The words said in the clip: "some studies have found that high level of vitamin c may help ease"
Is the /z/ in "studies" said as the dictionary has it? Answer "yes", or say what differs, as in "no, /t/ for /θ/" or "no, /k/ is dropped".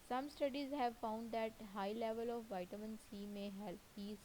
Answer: yes